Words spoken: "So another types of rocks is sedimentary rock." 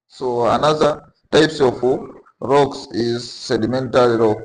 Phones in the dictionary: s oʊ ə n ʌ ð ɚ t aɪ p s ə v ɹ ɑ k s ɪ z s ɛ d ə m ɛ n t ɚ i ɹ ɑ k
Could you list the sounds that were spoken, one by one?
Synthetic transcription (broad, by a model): s oʊ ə n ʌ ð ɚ t aɪ p s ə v ɹ ɑ k s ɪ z s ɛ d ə m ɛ n t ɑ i ɹ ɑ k